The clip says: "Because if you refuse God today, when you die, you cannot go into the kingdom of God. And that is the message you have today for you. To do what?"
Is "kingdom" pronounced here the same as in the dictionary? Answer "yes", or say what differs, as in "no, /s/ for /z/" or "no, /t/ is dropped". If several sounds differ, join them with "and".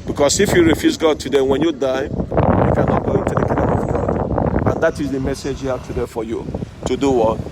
no, /ŋ/ is dropped